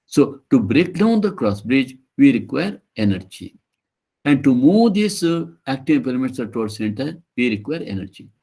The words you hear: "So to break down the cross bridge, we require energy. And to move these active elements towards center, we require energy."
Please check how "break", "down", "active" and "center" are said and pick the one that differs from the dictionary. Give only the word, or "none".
active